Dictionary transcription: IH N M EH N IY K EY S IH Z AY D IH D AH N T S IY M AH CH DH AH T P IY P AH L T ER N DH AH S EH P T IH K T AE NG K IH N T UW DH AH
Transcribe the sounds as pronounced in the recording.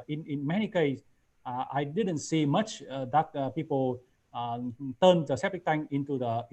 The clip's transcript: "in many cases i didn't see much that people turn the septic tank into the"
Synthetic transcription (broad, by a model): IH N M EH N IY K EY IH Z AY D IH D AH N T S IY M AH CH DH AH T P IY P AH L T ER N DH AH S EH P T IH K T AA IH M IH N T UW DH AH